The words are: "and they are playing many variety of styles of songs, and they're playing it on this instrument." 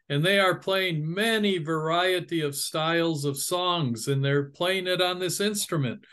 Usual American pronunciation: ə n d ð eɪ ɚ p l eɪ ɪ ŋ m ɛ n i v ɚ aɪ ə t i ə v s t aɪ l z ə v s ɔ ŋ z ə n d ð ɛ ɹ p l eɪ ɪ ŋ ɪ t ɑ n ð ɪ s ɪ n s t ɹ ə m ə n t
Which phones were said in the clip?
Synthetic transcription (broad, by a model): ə n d ð eɪ ɚ p l eɪ ɪ ŋ m ɛ n i v ɚ aɪ ə t i ə v s t aɪ l z ə v s ɔ ŋ z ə n ð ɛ ɹ p l eɪ ɪ ŋ ɪ t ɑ n ð ɪ s ɪ n s t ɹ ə m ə n t